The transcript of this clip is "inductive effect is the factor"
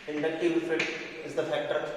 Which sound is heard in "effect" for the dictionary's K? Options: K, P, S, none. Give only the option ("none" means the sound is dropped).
none